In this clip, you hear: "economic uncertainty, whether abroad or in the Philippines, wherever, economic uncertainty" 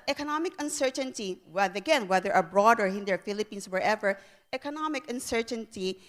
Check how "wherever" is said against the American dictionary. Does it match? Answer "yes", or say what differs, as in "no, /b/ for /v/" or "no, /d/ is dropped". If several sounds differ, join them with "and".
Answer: yes